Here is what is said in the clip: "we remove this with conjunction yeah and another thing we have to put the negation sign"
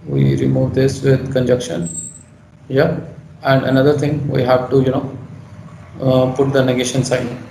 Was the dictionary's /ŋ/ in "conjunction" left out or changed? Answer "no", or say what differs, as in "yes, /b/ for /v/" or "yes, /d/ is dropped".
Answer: yes, /ŋ/ is dropped